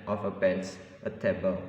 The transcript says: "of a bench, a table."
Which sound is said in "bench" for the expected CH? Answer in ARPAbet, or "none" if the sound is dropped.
S